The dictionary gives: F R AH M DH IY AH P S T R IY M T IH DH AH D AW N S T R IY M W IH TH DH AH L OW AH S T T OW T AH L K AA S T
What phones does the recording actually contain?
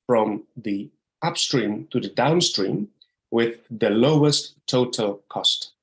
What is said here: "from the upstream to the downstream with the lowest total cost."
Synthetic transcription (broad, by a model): F R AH M DH IY AH P S T R IY M T IH DH AH D AW N S T R IY M W IH DH AH L OW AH S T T OW T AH L K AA S T